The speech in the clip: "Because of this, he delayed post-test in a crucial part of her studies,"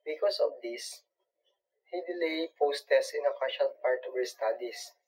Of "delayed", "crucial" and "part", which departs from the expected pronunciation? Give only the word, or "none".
crucial